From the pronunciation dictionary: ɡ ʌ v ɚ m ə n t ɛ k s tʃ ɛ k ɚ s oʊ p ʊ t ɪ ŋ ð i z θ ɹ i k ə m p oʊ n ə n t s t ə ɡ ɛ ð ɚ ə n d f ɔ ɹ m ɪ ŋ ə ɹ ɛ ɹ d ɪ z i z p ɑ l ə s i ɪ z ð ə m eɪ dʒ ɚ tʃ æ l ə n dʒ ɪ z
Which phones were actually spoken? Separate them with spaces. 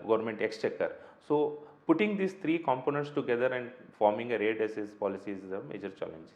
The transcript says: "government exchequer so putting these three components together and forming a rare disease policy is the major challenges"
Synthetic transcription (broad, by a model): ɡ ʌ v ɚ m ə n t ɛ k s tʃ ɛ k ɚ s oʊ p ʊ t ɪ ŋ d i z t ɹ i k ə m p oʊ n ə n t s t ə ɡ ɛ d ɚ ə n d f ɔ ɹ m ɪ ŋ ə ɹ ɛ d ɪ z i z p ɑ l ə s i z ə m eɪ dʒ ɚ tʃ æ l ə n dʒ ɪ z